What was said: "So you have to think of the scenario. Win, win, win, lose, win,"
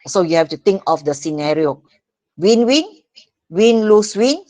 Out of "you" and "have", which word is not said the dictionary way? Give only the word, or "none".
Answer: have